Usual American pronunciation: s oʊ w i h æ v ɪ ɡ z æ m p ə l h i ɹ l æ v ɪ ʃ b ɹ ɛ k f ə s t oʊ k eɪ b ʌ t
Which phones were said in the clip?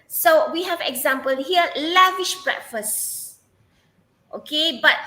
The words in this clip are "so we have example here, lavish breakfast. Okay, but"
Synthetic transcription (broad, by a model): s oʊ w i h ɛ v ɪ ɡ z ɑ m p ə l h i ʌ l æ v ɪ ʃ b ɹ ɛ k f ə s t oʊ k eɪ b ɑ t